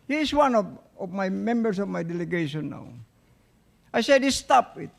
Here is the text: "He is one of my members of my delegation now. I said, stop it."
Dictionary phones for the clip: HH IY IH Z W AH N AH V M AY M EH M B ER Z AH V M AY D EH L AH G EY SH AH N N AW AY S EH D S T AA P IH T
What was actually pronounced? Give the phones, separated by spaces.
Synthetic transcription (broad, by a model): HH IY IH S W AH N AH V M AY M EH M B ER S AH V M AY D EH L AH G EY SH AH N N AW AY S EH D S T AA P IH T